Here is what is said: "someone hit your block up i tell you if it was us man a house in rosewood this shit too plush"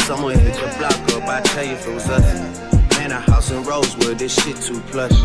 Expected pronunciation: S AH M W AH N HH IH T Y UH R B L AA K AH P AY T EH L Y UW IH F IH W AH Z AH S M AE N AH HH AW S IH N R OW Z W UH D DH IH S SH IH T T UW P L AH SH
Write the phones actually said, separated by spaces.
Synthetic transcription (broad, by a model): S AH M W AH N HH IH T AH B L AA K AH B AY T EH L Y IH F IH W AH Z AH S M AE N AH HH AW S IH N R OW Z W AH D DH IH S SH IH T T UW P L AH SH